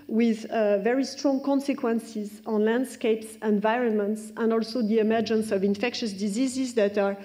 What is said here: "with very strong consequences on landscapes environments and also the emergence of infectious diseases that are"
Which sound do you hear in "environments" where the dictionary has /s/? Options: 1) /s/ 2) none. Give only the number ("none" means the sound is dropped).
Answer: 1